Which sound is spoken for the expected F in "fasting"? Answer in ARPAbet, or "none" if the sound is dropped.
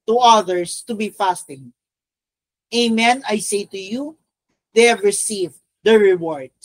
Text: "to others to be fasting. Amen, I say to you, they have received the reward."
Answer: F